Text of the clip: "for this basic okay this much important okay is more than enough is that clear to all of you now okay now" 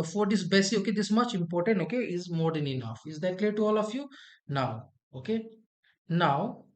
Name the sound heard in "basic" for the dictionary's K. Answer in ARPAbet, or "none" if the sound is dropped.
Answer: none